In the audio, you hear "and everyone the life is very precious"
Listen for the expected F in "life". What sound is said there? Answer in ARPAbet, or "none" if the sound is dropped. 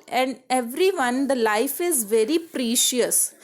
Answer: F